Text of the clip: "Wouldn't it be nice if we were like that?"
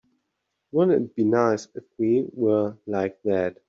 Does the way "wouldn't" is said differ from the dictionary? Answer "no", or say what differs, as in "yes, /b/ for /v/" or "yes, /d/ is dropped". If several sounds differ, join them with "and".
yes, /t/ is dropped